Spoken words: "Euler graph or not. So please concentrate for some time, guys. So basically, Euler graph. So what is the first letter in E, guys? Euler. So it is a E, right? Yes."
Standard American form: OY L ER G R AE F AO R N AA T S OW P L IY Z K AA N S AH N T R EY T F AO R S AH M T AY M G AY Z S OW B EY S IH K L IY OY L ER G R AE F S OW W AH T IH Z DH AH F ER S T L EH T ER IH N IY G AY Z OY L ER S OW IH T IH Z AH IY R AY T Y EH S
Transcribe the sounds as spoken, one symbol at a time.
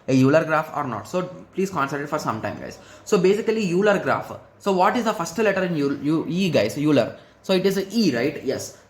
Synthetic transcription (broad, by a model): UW L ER G R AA F AO R N AA T S OW P L IY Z K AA N S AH T IH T F AO R S AH M T AY M G AY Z S OW B EY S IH K L IY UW L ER G R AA F S OW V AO T IH Z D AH F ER S T L EH T ER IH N IY G AY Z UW L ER S OW IH T IH Z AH IY R AY T Y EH S